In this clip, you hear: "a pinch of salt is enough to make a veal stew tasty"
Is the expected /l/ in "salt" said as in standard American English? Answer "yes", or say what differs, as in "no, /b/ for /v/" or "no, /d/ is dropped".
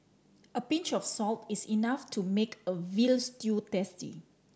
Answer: yes